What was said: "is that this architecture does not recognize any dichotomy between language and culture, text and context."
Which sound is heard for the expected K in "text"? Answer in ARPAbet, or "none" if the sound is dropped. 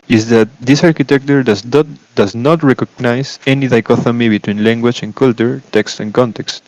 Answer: K